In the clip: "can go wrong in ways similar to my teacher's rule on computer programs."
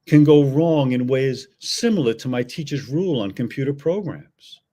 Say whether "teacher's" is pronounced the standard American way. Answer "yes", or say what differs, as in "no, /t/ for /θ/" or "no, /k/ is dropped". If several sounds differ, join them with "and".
yes